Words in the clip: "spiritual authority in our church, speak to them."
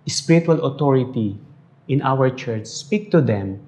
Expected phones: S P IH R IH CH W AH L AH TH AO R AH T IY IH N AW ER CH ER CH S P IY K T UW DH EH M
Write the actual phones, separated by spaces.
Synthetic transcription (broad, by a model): S P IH R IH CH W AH L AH T AO R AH T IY IH N AW ER CH ER CH S P IY K T UW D EH M